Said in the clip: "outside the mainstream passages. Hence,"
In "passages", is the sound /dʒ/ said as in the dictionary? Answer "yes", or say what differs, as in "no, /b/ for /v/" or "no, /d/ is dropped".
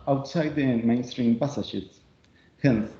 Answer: no, /ʃ/ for /dʒ/